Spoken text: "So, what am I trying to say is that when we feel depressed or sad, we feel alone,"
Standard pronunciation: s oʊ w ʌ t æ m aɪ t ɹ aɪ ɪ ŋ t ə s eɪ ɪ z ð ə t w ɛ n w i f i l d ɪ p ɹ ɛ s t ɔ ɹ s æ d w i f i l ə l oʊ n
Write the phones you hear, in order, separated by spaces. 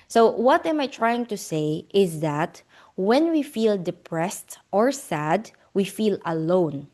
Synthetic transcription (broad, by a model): s oʊ w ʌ t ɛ m aɪ t ɹ aɪ ɪ ŋ t ə s eɪ ɪ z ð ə t w ɛ n w i f i l d ɪ p ɹ ɛ s t ɔ ɹ s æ d w i f i l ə l oʊ n